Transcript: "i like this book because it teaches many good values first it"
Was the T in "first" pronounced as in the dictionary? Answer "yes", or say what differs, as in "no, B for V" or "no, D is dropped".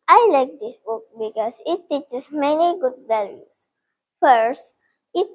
yes